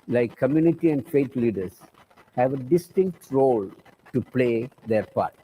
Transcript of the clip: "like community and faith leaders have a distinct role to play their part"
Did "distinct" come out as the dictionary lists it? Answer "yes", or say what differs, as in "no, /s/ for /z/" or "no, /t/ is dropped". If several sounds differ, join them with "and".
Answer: yes